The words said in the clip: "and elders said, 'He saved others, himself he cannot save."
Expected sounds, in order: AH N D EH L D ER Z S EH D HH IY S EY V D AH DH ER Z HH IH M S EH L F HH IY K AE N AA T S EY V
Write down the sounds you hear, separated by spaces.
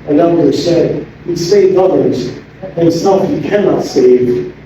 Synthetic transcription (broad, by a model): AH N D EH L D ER S EH D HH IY S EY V AH DH ER Z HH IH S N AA F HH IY K AE N AA T S EY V